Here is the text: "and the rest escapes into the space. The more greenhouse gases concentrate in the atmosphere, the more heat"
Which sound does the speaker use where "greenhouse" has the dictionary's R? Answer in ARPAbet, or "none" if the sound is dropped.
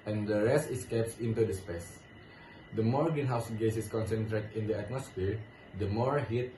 none